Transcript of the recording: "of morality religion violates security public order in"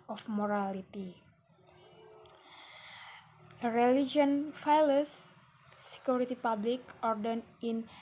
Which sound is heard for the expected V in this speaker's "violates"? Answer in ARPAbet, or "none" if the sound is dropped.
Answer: F